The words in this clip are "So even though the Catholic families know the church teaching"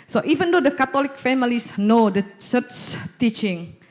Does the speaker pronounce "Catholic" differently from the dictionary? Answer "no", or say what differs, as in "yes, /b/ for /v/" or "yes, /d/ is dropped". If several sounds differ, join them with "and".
yes, /t/ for /θ/